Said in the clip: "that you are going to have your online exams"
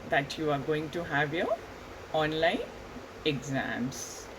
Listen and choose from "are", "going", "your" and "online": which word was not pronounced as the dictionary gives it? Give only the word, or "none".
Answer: none